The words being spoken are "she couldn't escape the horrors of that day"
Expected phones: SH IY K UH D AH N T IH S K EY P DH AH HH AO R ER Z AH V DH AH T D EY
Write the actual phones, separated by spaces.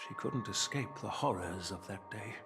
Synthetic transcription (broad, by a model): SH IY K UH D N T IH S K EY P DH AH HH AO R ER Z AH V DH AH T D EY